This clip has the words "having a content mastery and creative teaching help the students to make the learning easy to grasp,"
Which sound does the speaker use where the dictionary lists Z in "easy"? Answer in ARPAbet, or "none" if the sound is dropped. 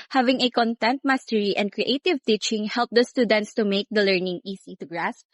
S